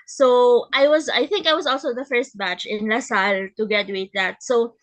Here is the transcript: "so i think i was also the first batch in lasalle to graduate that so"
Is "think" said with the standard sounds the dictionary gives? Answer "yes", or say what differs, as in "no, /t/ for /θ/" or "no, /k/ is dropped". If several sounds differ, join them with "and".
yes